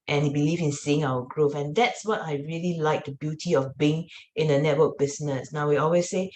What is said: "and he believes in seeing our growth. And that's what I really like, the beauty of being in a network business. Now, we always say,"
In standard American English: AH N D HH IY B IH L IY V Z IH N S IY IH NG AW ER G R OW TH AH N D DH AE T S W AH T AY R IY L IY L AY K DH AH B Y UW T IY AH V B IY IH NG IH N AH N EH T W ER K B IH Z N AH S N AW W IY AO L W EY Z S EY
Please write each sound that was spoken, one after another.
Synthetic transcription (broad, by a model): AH N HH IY B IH L IY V IH N S IY IH NG AW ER G R OW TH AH N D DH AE T S W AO T AY R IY L IY L AY K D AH B Y UW T IY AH F B IY IH NG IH N AH N EH T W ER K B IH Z N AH S N AW W IY AO L W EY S EY